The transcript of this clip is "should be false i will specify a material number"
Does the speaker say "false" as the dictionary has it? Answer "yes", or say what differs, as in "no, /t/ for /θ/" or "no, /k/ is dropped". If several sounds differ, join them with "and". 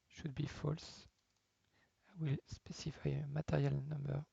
yes